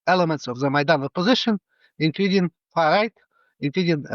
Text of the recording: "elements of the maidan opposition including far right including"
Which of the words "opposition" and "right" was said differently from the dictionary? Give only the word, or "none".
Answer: none